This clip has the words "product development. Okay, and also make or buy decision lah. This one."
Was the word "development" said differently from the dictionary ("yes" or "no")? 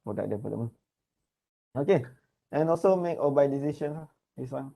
yes